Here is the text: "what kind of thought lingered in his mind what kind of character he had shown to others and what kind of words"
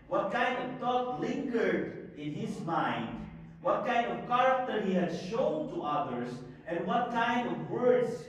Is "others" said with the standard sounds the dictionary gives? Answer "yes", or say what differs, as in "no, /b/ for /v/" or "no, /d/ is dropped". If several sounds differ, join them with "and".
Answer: no, /s/ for /z/